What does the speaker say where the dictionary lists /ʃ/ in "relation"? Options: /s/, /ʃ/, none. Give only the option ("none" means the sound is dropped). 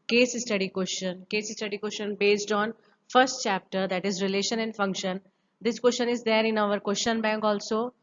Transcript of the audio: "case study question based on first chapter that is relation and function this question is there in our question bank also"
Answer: /ʃ/